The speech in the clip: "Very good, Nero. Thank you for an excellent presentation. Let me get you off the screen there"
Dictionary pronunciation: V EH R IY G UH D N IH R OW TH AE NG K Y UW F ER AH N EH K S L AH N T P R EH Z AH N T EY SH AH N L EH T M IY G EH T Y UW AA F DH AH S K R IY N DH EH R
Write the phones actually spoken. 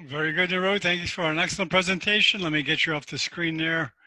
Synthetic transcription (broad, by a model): V EH R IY G UH D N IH R OW TH AE NG K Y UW F ER AH N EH K S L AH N P R EH Z AH N T EY SH AH N L EH T M IY G EH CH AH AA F DH AH S K R IY N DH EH R